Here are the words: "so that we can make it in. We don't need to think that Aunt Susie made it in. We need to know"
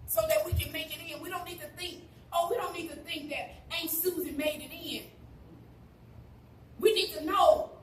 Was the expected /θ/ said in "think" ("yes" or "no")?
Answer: yes